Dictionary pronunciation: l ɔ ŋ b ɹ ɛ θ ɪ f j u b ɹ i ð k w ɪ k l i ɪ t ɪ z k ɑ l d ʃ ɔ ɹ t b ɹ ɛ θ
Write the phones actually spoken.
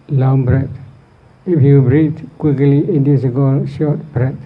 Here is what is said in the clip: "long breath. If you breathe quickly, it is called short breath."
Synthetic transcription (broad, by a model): l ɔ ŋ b ɹ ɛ t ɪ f j u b ɹ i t k w ɪ k l i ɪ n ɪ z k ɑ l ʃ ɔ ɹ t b ɹ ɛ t